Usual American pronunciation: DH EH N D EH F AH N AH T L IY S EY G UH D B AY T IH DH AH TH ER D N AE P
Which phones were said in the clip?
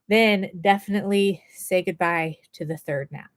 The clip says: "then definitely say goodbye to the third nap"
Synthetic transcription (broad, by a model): DH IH N D EH F AH N AH T L IY S EY G UH D B AY T IH DH AH TH ER D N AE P